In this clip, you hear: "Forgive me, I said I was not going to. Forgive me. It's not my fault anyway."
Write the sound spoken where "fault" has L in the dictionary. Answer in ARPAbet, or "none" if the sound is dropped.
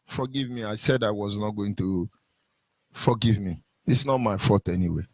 none